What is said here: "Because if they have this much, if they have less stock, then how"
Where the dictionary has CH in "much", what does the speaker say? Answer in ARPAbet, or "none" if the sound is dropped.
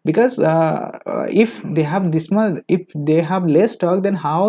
none